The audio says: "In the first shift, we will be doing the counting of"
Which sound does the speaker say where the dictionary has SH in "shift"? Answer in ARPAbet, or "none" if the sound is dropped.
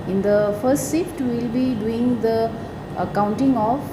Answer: S